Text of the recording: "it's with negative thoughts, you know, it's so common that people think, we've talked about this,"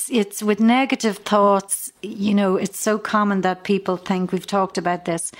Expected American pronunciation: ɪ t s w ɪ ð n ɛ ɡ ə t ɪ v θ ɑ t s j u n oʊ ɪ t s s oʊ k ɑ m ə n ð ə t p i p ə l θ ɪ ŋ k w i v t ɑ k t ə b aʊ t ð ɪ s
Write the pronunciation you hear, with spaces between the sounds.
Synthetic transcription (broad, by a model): ɪ t s w ɪ ð n ɛ ɡ ə t ɪ v θ ɑ t s j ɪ n oʊ ɪ t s s oʊ k ɑ m ə n ð ə t p i p ə l θ ɪ ŋ k w i v t ɑ k t ə b aʊ t ð ɪ s